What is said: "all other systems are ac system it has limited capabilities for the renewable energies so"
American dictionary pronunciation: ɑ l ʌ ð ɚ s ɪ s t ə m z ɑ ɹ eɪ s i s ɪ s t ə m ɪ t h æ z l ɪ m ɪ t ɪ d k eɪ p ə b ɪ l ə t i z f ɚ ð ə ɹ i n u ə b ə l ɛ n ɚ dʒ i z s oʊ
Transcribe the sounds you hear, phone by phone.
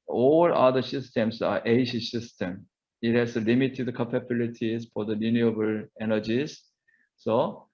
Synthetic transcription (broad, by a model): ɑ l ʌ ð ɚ s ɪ s t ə m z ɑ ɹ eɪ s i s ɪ s t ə m ɪ t h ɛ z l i m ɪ t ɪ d k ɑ p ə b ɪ l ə t i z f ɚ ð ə l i n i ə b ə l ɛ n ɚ dʒ i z s oʊ